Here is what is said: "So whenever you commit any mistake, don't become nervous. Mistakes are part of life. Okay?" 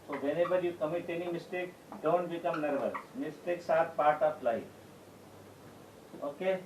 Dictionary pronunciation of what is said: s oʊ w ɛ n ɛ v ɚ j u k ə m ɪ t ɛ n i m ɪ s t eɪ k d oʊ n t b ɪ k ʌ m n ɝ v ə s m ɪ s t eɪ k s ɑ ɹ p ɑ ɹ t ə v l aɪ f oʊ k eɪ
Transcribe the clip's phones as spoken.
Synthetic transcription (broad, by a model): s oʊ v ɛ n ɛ b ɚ j u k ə m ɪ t ɛ n i m ɪ s t eɪ k d oʊ n t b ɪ k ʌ m n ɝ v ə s m ɪ s t eɪ k s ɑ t p ɑ ɹ t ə p l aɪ oʊ k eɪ